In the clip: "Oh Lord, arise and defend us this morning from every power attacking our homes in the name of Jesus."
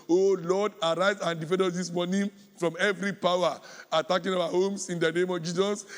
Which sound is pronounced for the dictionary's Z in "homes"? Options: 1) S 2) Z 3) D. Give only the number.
1